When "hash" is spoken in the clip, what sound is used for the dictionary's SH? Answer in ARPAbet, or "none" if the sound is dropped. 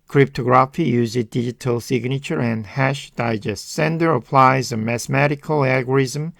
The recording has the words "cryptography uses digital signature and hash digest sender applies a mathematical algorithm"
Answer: SH